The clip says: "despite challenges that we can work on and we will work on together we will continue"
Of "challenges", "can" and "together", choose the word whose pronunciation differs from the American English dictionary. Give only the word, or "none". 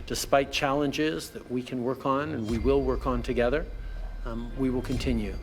none